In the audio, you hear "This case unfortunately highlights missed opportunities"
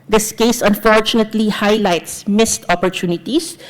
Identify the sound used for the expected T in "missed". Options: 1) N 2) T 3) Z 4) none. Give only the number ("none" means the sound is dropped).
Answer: 2